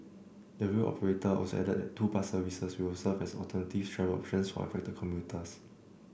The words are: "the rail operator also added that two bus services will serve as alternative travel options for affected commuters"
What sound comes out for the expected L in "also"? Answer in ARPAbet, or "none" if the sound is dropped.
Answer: none